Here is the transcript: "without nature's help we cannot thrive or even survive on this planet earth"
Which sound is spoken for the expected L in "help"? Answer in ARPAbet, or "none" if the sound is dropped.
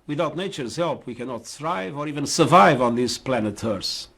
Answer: L